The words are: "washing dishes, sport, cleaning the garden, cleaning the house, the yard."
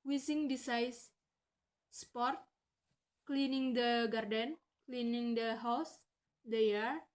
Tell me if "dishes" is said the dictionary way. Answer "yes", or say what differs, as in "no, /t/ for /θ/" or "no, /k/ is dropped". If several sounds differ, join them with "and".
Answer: no, /s/ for /ʃ/